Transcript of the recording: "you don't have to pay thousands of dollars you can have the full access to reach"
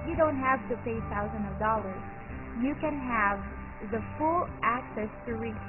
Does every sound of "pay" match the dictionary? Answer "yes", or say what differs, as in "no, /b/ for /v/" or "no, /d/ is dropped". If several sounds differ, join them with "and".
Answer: yes